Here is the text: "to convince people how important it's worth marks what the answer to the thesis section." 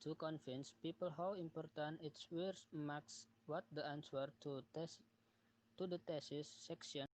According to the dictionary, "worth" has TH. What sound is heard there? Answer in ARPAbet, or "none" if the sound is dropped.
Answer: S